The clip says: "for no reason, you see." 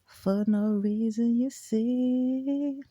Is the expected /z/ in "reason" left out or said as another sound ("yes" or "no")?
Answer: no